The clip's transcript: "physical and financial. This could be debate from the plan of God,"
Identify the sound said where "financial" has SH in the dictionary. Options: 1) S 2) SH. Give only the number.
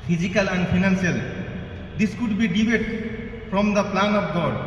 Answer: 1